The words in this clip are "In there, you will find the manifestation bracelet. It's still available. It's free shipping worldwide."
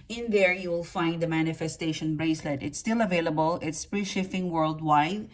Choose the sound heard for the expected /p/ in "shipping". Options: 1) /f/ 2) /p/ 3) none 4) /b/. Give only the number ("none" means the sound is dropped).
1